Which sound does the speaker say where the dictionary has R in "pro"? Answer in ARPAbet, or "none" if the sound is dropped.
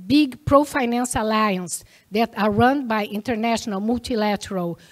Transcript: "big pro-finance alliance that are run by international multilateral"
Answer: R